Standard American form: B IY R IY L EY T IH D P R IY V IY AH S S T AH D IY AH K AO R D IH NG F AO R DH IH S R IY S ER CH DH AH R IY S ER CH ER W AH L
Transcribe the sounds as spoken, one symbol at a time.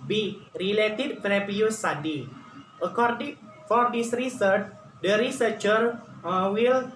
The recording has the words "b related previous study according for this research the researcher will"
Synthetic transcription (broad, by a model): B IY R IY L EY T IH D F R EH P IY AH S S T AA D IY AH K AO R D IH NG F AO R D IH S R IY S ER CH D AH R IY S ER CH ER W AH L